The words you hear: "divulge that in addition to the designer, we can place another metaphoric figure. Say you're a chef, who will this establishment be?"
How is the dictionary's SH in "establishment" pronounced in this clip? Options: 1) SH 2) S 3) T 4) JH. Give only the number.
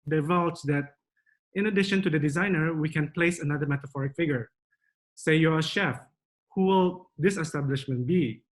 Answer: 1